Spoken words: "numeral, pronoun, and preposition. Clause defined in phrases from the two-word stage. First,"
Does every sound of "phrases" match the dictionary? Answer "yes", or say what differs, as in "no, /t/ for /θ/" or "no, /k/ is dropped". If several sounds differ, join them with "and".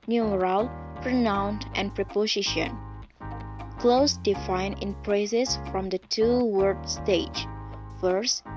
no, /p/ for /f/